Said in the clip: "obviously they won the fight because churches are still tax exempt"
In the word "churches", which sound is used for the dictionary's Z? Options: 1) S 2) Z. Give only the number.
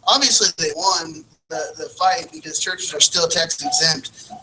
2